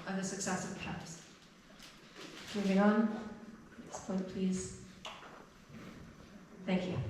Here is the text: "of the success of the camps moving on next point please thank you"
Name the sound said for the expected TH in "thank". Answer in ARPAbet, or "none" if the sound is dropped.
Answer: TH